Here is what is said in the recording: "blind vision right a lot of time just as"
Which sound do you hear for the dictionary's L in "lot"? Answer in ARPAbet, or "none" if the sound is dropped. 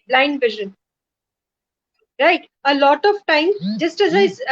L